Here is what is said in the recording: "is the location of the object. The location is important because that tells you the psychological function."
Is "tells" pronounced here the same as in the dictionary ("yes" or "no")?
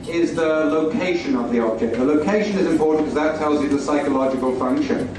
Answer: yes